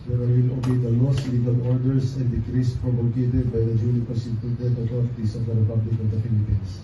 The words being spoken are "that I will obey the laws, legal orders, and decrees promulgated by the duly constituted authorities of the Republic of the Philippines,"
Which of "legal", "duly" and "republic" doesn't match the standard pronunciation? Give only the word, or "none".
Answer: duly